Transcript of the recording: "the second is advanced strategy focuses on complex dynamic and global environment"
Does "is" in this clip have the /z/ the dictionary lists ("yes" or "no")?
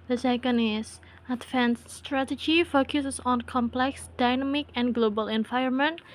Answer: no